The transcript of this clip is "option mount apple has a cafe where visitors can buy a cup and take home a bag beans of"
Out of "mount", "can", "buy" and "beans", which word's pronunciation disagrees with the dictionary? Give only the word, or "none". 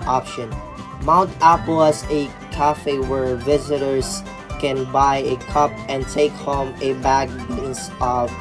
beans